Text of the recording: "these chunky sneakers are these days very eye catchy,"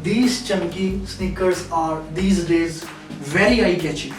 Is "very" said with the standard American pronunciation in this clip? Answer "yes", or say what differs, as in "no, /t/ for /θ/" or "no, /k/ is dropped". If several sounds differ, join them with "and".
no, /l/ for /ɹ/